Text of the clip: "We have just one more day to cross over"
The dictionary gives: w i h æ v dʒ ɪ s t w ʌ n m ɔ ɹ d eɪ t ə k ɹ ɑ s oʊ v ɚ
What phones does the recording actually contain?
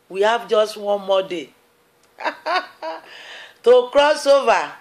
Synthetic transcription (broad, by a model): w i h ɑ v dʒ ɪ s t w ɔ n m ɔ d eɪ t ə k ɹ ɑ s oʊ v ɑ